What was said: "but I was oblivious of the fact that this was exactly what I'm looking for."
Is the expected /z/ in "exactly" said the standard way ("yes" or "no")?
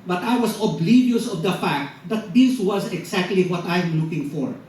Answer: no